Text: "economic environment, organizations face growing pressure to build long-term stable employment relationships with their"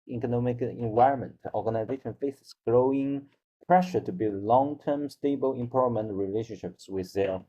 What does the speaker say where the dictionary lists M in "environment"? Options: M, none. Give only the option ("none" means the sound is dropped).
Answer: M